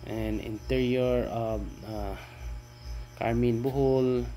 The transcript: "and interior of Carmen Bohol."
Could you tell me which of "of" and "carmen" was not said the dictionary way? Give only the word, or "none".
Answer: of